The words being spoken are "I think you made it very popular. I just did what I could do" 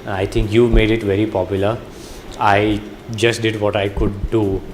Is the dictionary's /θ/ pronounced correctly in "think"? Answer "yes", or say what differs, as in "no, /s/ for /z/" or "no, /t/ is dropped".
no, /t/ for /θ/